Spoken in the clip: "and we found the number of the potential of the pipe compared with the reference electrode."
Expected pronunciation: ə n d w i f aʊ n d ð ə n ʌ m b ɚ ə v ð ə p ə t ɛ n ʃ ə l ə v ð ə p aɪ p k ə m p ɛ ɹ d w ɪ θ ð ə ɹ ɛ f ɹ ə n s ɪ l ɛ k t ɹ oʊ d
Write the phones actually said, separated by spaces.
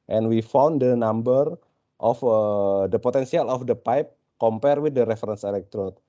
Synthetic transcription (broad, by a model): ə n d w i f aʊ n d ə n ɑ m b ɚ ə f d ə p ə t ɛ n s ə l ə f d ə p aɪ p k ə m p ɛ ɹ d w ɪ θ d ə ɹ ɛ f ɹ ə n s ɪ l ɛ k t ɹ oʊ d